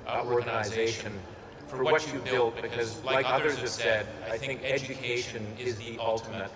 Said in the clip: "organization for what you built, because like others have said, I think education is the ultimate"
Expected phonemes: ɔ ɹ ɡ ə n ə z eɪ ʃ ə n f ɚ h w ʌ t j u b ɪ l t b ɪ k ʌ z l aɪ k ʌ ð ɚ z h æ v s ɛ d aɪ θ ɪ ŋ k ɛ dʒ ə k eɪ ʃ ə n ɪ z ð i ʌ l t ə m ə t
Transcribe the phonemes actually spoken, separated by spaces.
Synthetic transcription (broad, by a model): ɔ ɹ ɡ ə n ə z eɪ ʃ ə n f ɚ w w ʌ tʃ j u b ɪ l t b ɪ k ʌ z l aɪ k ʌ ð ɚ z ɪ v s ɛ d aɪ θ ɪ ŋ k ɛ dʒ ə k eɪ ʃ ə n ɪ z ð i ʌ l t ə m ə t